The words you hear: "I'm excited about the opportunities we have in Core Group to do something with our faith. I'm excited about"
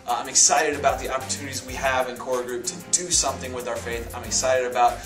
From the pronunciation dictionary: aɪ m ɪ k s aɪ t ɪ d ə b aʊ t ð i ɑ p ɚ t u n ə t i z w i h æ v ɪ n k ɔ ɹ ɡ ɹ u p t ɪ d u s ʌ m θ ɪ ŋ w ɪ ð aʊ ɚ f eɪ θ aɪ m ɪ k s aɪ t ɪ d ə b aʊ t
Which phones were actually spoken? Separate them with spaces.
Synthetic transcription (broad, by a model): aɪ m ɪ k s aɪ t ɪ d ə b aʊ t ð i ɑ p ɚ t u n ə t i z w i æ v ɪ n k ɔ ɹ ɡ ɹ u p t ɪ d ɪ s ʌ m θ ɪ ŋ w ɪ ð aʊ ɚ f eɪ θ aɪ m ɪ k s aɪ t ɪ d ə b aʊ t